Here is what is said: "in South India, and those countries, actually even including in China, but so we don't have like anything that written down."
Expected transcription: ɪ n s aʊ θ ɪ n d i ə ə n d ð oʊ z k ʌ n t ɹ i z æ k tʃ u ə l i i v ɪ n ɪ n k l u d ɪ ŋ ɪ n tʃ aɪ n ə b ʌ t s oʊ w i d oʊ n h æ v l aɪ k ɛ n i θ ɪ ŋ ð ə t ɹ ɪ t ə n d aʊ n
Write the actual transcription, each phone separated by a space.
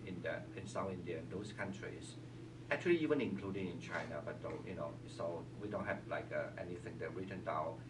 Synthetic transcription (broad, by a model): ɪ n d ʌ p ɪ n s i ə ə n d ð oʊ s k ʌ n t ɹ i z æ k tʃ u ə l i i v ɪ n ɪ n k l u d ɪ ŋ ɪ n tʃ aɪ n ə b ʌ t s oʊ w i d oʊ n h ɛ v l aɪ k ɛ n i θ ɪ ŋ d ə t ɹ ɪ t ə n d aʊ